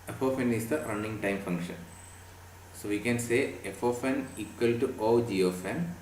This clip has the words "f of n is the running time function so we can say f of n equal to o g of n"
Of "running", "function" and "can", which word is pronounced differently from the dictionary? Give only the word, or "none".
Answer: none